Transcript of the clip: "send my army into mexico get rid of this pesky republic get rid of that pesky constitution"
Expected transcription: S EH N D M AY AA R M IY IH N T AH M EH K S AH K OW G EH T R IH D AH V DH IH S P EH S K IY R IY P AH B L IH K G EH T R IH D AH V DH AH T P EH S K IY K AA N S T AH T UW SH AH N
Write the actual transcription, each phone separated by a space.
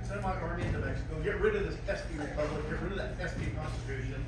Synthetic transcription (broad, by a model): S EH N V M AY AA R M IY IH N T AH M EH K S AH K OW G EH T R IH D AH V DH IH S F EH S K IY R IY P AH L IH G EH T R IH D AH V DH AH T F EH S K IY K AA N S T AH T UW SH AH N